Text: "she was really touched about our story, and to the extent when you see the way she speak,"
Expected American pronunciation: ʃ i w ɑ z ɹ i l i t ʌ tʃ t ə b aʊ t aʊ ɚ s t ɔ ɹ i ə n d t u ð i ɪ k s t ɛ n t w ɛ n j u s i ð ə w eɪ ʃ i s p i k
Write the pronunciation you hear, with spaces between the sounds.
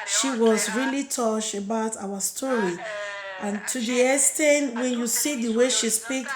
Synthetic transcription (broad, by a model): ʃ i w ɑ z ɹ i l i t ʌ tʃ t ə b aʊ t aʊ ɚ s t ɔ ɹ i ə n t u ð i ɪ s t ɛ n w ɛ n j u s i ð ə w eɪ ʃ i s p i k